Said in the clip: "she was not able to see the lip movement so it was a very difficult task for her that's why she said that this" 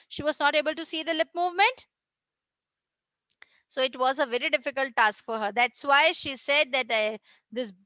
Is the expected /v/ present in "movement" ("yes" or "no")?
yes